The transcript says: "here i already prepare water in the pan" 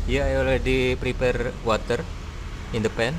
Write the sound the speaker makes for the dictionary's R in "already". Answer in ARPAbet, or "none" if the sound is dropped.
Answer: L